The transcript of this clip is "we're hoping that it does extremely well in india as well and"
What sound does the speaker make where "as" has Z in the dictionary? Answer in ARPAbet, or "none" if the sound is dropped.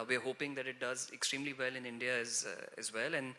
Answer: Z